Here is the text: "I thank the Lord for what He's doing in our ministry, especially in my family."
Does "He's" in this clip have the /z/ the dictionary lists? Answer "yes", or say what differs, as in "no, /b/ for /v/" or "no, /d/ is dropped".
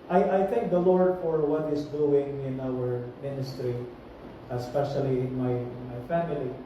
no, /s/ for /z/